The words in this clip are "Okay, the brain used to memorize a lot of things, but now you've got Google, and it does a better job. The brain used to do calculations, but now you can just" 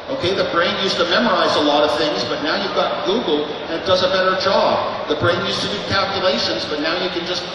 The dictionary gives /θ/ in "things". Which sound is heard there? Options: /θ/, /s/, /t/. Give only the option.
/θ/